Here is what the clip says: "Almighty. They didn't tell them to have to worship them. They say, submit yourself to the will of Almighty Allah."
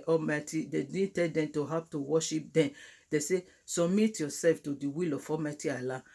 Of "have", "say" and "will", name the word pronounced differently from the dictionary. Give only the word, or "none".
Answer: have